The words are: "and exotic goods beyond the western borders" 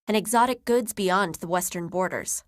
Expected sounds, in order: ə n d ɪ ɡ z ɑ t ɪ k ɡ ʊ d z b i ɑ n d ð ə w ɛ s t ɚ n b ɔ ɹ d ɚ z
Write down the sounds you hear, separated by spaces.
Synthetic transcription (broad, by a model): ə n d ɪ ɡ z ɑ t ɪ k ɡ ʊ d z b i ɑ n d ð ə w ɛ s t ɚ n b ɔ ɹ d ɚ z